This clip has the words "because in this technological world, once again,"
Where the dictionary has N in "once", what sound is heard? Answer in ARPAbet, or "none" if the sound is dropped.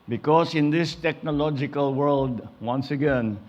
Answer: N